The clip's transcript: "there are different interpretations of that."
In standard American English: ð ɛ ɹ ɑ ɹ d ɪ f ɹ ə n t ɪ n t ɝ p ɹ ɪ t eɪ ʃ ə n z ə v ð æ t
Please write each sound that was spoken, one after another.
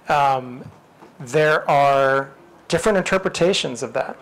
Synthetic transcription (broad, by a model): ð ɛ ɹ ɑ ɹ d ɪ f ɹ ə n t ɪ n t ɝ p ɹ ɪ t eɪ ʃ ə n z ə v ð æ t